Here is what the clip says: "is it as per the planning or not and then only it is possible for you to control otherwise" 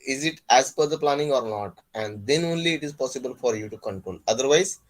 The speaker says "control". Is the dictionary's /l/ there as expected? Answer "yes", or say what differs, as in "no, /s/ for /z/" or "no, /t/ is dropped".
no, /n/ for /l/